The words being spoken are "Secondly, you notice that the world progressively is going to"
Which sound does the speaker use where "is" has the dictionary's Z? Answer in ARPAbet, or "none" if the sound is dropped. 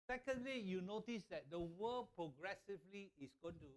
S